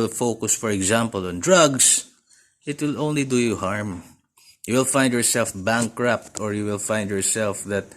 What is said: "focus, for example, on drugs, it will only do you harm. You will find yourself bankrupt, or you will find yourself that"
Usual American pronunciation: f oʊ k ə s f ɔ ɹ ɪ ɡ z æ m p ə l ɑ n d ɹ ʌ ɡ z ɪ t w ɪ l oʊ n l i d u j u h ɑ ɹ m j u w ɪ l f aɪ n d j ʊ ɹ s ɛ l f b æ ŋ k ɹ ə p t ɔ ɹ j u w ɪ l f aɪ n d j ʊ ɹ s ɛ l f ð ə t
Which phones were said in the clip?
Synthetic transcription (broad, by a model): f oʊ k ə s f ɔ ɹ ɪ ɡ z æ m p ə l ɑ n d ɹ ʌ ɡ s ɪ t w ɪ l oʊ n l i d u j u h ɑ ɹ m j u w ɪ l f aɪ n d j ʊ ɹ s ɛ l f b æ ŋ k ɹ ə p t ɔ ɹ j u w ɪ l f aɪ n d j ʊ ɹ s ɛ l f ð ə t